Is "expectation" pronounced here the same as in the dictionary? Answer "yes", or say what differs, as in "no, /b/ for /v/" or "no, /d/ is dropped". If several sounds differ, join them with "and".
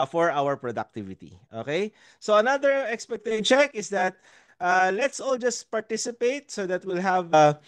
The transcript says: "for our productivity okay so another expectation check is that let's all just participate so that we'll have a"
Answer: no, /ʃ/ is dropped